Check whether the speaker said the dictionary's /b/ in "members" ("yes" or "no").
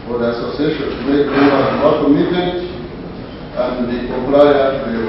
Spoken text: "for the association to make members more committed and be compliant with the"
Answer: no